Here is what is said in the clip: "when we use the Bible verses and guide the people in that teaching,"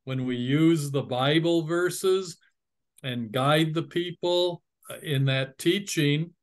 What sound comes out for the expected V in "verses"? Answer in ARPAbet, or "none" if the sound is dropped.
V